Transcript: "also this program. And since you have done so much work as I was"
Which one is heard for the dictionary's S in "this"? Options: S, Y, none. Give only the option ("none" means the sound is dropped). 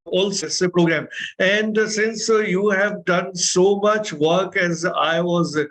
none